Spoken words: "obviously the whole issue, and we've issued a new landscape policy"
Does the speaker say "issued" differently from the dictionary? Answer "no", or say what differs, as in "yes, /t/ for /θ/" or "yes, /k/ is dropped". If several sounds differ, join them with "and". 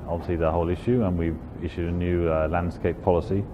no